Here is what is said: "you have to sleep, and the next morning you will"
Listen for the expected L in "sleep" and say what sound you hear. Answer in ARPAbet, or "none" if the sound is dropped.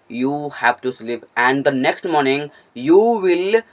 L